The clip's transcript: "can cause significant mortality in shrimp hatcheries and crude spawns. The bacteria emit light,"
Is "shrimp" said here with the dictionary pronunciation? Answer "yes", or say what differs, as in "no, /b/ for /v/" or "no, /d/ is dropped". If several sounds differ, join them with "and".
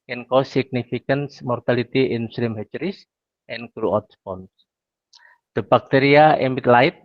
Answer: no, /s/ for /ʃ/